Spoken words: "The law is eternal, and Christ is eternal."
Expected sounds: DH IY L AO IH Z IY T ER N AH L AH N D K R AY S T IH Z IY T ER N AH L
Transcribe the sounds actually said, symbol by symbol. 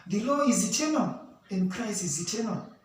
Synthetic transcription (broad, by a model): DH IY L AO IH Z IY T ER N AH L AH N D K R AY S IH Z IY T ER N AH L